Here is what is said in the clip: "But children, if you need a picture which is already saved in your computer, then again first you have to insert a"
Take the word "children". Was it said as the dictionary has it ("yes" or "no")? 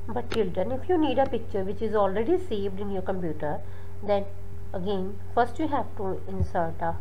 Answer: no